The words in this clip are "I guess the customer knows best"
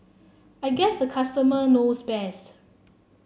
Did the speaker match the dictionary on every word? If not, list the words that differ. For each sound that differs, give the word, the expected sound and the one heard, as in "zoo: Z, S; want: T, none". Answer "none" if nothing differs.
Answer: none